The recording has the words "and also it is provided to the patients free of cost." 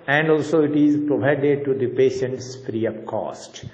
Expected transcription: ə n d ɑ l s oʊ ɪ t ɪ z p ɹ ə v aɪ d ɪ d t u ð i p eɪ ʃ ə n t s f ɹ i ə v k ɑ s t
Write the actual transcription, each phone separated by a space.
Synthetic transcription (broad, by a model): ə n d ɑ l s oʊ ɪ t ɪ z p ɹ ə v aɪ d ɪ d t u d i p eɪ ʃ ə n t s f ɹ i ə p k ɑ s t